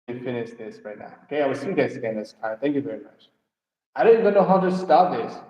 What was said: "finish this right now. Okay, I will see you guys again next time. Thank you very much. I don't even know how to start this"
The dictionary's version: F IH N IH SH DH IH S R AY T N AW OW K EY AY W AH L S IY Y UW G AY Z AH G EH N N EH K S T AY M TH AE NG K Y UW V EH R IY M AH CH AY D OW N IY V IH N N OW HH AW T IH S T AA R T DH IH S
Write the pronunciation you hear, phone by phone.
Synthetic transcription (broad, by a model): F IH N IH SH DH IH S R AY T N AW OW K EY AY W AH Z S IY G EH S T S AH G EH N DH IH S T AY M TH AE NG K Y UW V EH R IY M AH CH AY D OW N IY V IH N N OW HH AW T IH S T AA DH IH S